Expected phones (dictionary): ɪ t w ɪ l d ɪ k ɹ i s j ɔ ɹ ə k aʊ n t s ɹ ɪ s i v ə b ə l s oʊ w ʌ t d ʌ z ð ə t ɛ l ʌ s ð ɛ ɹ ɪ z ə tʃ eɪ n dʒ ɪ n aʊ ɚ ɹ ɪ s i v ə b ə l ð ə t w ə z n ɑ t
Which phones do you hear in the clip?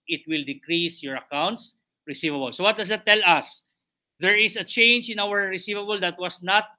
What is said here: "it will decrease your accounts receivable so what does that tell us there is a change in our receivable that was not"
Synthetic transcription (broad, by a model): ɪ t w ɪ l d ɪ k ɹ i s j ɔ ɹ ə k aʊ n t s ɹ ɪ s i v ə b ə l s oʊ w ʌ t d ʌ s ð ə t ɛ l ʌ s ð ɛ ɹ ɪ s ə tʃ eɪ n dʒ ɪ n aʊ ɚ ɹ ɪ s i v ə b ə l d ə t w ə s n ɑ t